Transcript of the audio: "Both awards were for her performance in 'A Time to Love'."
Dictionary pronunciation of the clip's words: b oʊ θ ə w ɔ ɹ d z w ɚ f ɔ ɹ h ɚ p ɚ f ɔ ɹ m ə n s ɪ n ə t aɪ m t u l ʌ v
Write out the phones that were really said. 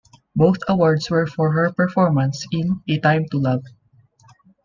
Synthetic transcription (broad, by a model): b oʊ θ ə w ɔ ɹ d s w ɚ f ɔ ɹ h ɚ p ɚ f ɔ ɹ m ə n s ɪ n ə t aɪ m t u l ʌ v